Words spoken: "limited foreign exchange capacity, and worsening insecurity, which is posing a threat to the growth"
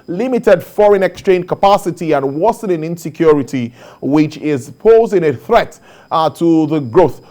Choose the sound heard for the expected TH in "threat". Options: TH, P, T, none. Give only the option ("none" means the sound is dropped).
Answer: TH